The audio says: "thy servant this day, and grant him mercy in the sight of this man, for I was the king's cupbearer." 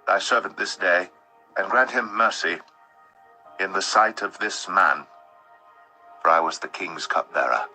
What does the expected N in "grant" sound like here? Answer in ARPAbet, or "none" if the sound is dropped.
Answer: N